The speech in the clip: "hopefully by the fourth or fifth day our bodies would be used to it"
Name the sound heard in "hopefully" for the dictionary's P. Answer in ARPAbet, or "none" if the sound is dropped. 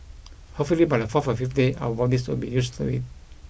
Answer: none